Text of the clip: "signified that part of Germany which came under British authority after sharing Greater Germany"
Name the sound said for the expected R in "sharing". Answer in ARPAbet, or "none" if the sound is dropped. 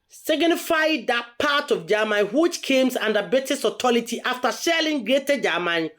L